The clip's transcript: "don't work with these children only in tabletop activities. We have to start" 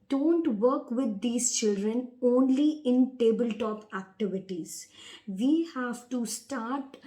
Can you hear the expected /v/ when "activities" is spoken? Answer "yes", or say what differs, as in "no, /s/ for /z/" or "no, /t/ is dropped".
yes